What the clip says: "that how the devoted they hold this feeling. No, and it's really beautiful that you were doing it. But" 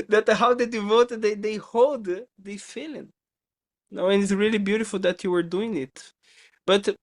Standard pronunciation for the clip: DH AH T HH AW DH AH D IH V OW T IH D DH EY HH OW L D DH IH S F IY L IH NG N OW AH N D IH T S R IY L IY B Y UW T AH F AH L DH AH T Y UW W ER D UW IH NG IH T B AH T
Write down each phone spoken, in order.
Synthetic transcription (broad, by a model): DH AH T HH AW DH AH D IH V OW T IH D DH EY HH OW L D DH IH F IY L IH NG N OW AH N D IH T S R IY L IY B Y UW T AH F AH L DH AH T Y UW W ER D UW IH NG IH T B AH T